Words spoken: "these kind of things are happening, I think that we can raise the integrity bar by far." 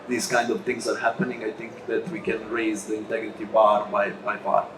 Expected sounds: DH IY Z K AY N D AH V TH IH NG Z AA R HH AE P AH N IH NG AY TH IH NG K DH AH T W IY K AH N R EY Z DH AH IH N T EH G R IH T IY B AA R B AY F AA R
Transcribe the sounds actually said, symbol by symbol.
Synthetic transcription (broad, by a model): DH IY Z K AY N D AH V T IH NG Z AA R HH AE P AH N IH NG AY T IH NG K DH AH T W IY K AH N R EY Z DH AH IH N T EH G R IH T IY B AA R B AY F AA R